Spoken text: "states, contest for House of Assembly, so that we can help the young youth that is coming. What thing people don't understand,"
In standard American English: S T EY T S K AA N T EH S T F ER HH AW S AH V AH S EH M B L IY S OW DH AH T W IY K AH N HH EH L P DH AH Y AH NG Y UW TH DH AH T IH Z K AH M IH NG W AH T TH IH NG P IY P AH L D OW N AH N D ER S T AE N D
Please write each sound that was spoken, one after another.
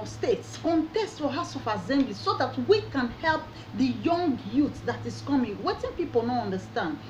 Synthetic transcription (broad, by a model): S T EY T S K AA N T EH S T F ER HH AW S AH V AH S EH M B L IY S OW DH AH T W IY K AH N HH EH L P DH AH Y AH NG Y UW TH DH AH T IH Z K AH M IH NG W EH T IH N P IY P AH L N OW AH N D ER S T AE N D